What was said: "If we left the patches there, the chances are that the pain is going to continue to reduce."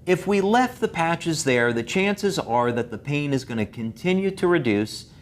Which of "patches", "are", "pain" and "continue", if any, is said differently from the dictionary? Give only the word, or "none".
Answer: none